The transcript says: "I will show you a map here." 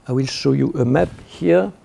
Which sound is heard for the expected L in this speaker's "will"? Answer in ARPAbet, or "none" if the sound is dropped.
L